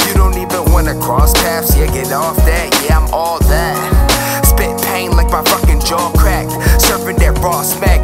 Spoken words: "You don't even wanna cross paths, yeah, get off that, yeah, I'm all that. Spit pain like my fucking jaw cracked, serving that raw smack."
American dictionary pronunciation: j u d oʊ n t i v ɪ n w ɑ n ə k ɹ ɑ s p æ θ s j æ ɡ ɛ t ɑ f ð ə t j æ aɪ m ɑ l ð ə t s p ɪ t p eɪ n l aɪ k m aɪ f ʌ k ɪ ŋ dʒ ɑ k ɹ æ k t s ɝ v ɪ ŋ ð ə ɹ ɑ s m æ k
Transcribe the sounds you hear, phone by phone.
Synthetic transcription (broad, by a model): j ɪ d oʊ n t i v ɪ n w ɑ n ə k ɹ ɑ s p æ f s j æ ɡ ɛ t ɑ f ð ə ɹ j æ aɪ m ɑ l ð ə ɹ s b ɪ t p eɪ n l aɪ k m aɪ f ʌ k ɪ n dʒ ɑ k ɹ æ k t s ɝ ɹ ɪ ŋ ð ə ɹ ɑ s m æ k